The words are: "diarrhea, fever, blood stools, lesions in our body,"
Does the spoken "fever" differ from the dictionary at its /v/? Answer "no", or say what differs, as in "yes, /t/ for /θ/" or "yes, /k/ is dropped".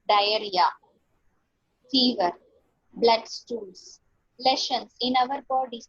no